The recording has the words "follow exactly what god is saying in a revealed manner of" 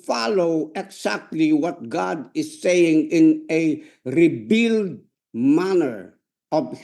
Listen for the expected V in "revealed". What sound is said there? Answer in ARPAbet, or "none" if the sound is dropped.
B